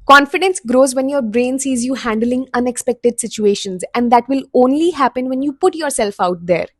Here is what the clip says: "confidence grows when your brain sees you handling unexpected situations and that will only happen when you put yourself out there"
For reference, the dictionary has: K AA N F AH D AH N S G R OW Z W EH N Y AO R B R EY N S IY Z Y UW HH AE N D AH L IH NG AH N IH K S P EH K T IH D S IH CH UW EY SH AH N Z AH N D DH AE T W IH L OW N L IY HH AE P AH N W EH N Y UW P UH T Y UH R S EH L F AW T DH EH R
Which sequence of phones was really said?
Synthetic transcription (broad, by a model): K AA N F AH D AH N S G R OW Z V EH N Y AO R B R EY N S IY Z Y UW HH AE N D AH L IH NG AH N IH K S P EH K T IH D S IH CH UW EY SH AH N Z AH N D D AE T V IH L OW N L IY HH AE P AH N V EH N Y UW P UH T Y UH R S EH L F AW T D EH R